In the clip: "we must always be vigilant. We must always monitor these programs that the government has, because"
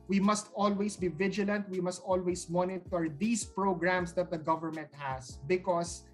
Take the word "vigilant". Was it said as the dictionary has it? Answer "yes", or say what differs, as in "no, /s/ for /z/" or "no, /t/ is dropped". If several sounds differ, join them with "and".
yes